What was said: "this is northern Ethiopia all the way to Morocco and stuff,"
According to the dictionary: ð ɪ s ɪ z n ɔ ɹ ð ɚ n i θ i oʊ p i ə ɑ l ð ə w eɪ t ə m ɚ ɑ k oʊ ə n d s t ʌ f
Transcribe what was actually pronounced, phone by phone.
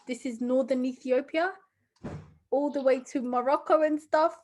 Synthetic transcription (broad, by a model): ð ɪ s ɪ z n ɔ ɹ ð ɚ n i θ i oʊ p i ə ɑ l ð ə w eɪ t ə m ɚ ɑ k oʊ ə n s t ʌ f